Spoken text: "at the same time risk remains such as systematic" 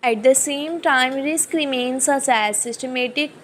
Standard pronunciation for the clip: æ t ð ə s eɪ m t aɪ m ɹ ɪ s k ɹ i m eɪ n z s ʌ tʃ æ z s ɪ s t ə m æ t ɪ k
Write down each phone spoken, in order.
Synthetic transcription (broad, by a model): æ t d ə s eɪ m t aɪ m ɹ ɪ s k ɹ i m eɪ n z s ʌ s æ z s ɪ s t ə m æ t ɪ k